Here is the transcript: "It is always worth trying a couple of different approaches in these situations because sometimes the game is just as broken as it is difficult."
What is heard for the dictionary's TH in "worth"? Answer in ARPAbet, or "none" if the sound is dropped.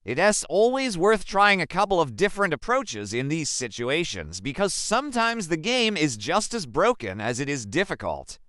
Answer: TH